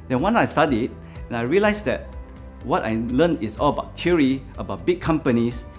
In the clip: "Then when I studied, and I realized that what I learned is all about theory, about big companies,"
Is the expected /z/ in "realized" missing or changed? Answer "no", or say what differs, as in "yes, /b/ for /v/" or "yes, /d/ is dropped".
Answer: yes, /s/ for /z/